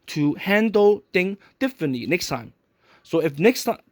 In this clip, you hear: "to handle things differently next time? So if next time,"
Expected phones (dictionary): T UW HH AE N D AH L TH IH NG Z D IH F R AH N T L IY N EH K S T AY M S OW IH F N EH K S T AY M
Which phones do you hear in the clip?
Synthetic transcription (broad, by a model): T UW HH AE N D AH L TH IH NG D IH F R AH N T L IY N EH K S T AY M S OW IH F N EH K S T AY